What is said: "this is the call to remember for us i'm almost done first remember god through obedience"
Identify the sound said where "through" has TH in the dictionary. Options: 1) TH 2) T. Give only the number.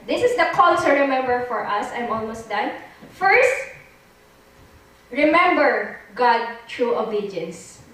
2